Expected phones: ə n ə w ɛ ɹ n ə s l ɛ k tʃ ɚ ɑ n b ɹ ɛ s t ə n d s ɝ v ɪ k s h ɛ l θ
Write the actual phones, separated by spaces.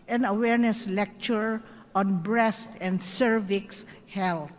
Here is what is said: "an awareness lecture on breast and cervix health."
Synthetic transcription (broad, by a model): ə n ə w ɛ ɹ n ə s l ɛ k tʃ ɚ ɑ n b ɹ ɛ s t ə n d s ɝ v ɪ k s h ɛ l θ